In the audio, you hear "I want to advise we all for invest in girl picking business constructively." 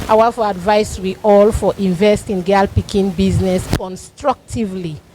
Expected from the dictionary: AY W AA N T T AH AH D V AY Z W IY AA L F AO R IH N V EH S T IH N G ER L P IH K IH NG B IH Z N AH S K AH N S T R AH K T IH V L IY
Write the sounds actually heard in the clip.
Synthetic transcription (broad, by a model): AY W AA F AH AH D V AY S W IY AA L F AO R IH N V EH S T IH N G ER L P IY K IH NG B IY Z N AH S K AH N S T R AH K T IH V L IY